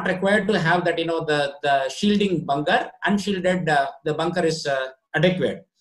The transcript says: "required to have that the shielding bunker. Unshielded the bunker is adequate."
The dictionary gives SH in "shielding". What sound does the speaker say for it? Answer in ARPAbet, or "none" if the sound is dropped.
SH